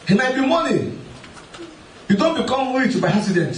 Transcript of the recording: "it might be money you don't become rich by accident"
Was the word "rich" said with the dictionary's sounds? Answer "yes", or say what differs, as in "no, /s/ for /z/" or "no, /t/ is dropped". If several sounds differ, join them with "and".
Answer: no, /w/ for /ɹ/